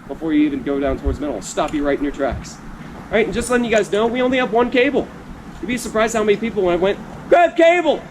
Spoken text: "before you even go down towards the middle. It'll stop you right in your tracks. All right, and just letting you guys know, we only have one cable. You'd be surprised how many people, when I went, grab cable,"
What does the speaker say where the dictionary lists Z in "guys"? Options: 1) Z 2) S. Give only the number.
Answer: 1